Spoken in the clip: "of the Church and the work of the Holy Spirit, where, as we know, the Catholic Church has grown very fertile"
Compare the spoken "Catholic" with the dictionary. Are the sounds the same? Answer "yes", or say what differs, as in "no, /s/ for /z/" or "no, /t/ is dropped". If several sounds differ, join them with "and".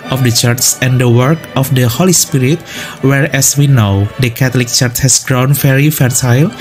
no, /t/ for /θ/